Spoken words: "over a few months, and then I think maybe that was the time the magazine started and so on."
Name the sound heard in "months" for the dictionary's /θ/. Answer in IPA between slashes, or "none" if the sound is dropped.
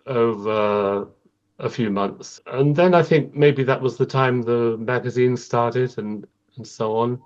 /θ/